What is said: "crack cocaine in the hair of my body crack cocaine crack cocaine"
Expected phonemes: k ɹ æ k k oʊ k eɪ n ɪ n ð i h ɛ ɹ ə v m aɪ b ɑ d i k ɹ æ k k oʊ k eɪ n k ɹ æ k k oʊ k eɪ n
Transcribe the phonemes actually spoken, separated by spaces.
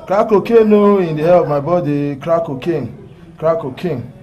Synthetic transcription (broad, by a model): k ɹ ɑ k k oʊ k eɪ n ɪ n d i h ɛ l ə v m aɪ b ɑ d i k ɹ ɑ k k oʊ k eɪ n k ɹ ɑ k k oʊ k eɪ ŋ